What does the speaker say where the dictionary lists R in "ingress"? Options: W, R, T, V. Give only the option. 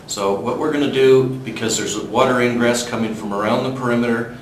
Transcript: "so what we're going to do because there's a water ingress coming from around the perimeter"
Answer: R